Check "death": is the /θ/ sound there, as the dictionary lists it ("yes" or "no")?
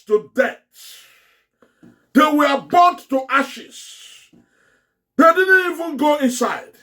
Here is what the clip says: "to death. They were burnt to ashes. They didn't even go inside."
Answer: no